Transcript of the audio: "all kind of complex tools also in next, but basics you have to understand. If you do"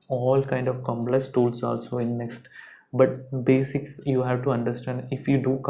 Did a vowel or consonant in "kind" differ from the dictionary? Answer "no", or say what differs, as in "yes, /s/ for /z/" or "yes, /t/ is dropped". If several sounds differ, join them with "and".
no